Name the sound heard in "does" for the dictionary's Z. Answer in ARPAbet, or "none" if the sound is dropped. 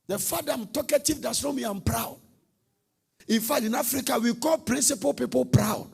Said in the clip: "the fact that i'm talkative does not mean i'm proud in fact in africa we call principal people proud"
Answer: S